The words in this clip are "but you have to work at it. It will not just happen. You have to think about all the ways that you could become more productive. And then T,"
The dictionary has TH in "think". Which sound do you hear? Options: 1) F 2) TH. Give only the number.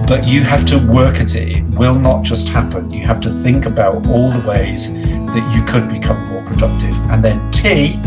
2